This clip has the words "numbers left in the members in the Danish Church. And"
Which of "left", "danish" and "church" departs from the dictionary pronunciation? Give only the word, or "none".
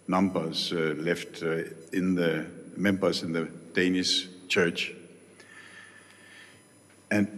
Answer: danish